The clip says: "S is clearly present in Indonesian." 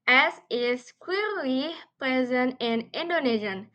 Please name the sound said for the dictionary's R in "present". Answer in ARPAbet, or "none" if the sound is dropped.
R